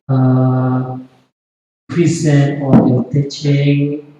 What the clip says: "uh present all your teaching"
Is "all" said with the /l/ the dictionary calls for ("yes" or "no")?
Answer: no